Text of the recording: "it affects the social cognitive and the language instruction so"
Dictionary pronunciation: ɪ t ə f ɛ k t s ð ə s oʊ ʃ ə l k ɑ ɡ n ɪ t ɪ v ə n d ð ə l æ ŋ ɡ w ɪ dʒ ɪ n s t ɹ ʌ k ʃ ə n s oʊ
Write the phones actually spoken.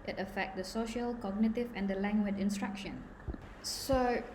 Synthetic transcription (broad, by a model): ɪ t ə f ɛ k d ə s oʊ ʃ ə l k ɑ ɡ n ɪ t ɪ v ə n d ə l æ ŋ ɡ w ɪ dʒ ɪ n s t ɹ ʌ k ʃ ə n s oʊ